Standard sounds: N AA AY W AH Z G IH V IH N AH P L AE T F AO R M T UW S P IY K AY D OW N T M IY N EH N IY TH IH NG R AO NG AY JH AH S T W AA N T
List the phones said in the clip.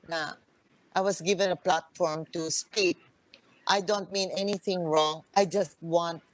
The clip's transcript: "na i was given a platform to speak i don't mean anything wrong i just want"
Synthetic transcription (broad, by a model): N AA AY W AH S G IH V IH N AH P L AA T F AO R M T UW S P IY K AY D OW N T M IY N EH N IY TH IH NG R AO NG AY JH AH S T W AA N T